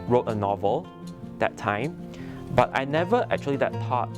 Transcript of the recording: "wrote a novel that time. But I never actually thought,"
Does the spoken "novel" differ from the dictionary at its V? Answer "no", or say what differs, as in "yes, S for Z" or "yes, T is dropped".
no